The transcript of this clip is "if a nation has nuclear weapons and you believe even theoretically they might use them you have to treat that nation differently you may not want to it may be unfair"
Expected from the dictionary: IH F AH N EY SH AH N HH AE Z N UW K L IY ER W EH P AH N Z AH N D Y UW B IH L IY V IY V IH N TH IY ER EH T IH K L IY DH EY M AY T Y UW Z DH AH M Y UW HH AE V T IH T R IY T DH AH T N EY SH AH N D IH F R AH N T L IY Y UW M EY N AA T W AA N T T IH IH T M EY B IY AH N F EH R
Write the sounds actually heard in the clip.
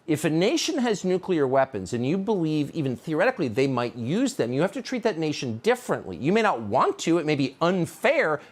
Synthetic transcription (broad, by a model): IH F AH N EY SH AH N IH Z N UW K L IY ER W EH P AH N Z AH N Y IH B IH L IY V IY V IH N TH IY ER EH T IH K L IY DH EY M AY T Y UW Z DH AH M Y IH HH AE F T IH T R IY T DH AH T N EY SH AH N D IH F R AH N T L IY Y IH M EY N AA T W AA N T T IH IH T M EY B IY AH N F EH R